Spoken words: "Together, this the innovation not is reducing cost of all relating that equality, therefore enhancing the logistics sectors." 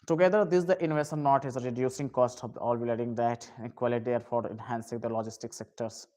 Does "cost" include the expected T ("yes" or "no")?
yes